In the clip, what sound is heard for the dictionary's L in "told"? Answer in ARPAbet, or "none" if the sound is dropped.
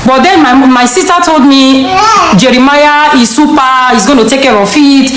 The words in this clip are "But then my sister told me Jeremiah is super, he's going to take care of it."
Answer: L